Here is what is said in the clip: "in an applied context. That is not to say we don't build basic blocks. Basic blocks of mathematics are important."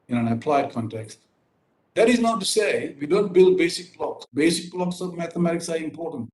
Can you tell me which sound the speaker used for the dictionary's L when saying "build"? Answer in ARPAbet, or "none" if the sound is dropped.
L